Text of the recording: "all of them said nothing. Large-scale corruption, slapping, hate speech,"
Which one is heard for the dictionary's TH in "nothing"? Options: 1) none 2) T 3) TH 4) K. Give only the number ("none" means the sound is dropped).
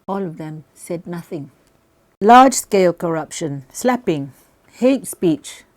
3